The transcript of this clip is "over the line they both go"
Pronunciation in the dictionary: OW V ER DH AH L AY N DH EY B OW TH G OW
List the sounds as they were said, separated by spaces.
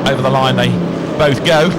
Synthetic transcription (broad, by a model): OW V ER DH AH L AY N DH EY B OW TH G OW